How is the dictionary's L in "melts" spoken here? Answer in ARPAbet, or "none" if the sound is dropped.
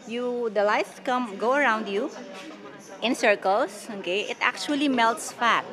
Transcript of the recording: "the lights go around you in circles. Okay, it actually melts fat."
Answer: L